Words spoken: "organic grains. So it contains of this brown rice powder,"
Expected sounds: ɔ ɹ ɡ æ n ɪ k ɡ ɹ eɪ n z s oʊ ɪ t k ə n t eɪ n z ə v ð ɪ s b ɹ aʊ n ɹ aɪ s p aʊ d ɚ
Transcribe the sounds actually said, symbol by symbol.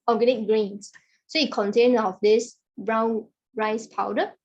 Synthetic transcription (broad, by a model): ɔ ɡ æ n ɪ k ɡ ɹ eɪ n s s oʊ ɪ t k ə n t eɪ n ə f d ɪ s b ɹ aʊ n ɹ aɪ s p aʊ d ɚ